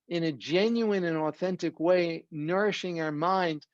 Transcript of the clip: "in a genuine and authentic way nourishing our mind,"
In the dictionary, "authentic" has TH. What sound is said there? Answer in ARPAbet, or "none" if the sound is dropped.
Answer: TH